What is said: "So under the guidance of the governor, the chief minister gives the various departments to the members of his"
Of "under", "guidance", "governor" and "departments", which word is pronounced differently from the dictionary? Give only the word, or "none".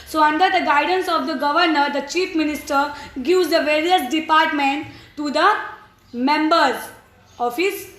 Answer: departments